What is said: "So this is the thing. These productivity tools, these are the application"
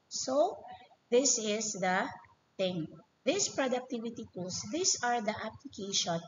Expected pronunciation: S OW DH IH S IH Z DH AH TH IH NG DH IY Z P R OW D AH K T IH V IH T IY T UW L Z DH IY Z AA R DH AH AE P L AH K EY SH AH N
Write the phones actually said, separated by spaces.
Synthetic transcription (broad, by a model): S OW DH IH S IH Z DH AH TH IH NG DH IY S P R OW D AH K T IH V IH T IY T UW L S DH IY S AA R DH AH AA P L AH K EY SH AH N